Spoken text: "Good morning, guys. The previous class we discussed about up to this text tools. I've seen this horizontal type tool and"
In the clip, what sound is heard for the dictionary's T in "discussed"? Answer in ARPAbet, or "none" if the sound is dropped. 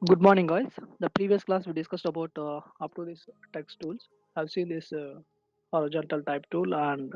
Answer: T